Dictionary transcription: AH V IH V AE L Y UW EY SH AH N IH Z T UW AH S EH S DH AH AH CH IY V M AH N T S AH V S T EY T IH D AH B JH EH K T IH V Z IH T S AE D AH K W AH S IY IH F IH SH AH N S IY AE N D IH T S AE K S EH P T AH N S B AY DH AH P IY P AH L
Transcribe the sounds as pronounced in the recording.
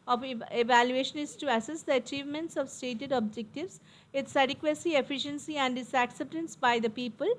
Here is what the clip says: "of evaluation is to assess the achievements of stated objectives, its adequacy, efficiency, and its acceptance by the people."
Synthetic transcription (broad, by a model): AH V IH V AE L Y UW EY SH AH N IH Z T UW AH S EH S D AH AH CH IY V M AH N T S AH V S T EY T IH D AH B JH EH K T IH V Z IH T S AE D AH K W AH S IY IH F IH SH AH N S IY AE N D IH T S AE K S EH P T AH N S B AY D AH P IY P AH L